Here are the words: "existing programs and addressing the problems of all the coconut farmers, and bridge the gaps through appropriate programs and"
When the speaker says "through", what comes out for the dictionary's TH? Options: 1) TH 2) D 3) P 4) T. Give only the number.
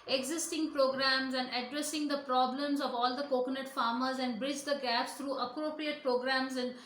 4